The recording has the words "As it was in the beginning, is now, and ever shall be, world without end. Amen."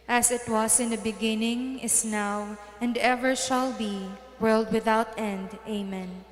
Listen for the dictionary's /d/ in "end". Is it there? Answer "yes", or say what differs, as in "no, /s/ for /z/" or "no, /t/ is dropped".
yes